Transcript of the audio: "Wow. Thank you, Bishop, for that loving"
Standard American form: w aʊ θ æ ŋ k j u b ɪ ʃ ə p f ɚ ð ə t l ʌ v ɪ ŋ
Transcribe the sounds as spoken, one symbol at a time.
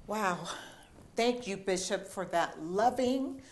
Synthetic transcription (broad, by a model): w aʊ θ æ ŋ k j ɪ b ɪ ʃ ə p f ɚ ð ə t l ʌ v ɪ ŋ